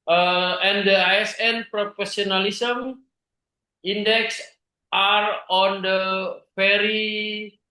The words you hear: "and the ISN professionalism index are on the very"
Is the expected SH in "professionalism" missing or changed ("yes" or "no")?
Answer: yes